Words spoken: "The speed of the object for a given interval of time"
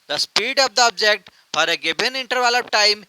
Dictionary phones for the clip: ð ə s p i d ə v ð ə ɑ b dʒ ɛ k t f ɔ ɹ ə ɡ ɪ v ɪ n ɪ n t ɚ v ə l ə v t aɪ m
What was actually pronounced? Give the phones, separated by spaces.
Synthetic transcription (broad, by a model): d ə s p i d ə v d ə ɑ b dʒ ɛ k t f ɔ ɹ ə ɡ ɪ b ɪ n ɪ n t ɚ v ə l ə p t aɪ m